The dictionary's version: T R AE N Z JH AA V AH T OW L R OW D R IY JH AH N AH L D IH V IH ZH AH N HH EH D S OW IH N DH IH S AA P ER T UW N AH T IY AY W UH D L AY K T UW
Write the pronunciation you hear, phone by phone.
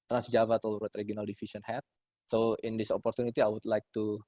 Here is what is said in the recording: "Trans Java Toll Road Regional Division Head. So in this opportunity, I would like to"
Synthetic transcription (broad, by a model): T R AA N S JH AA V AH T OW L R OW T R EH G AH N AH L D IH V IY S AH N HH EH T S OW IH N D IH S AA P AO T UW N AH T IY AY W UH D L AY K T UW